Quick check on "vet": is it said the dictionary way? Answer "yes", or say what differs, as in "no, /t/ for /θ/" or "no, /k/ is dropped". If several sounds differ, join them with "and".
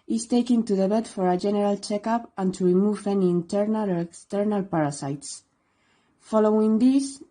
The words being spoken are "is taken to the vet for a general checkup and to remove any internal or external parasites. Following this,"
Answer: no, /b/ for /v/